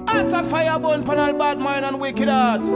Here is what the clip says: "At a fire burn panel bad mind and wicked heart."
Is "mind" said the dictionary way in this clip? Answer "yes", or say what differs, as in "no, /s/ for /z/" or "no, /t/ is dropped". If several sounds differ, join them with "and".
no, /d/ is dropped